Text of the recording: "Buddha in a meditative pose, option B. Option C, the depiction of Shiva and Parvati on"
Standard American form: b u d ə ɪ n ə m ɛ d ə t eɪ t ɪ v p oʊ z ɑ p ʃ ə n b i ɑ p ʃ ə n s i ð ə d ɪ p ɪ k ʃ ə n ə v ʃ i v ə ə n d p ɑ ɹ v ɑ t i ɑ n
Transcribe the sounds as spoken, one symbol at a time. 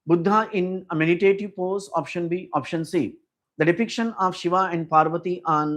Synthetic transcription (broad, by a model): b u d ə ɪ n ə m ɛ d ə t eɪ t ɪ v p oʊ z ɑ p ʃ ə n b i ɑ p ʃ ə n s i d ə d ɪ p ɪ k ʃ ə n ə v ʃ i v ə ə n d p ɑ ɹ v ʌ t i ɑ n